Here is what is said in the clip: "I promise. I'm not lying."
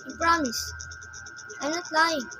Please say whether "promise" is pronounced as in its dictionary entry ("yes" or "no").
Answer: yes